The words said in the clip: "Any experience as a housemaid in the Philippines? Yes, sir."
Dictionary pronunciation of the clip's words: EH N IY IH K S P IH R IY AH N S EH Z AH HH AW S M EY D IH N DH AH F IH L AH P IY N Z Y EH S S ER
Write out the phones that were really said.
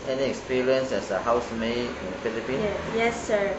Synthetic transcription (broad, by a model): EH N IY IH K S P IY R IY AH N S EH S AH HH AW S M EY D IH N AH F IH L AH P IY N Y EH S S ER